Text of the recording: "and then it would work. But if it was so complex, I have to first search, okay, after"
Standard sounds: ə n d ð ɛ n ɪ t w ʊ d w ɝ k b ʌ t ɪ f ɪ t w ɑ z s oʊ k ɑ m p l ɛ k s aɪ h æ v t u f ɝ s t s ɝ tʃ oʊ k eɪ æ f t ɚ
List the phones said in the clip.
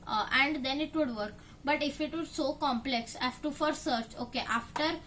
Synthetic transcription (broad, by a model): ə n d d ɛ n ɪ t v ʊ d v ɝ k b ʌ t ɪ f ɪ t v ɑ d s oʊ k ɑ m p l ɛ k s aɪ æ f t u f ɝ t s ɝ tʃ oʊ k eɪ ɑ f t ɚ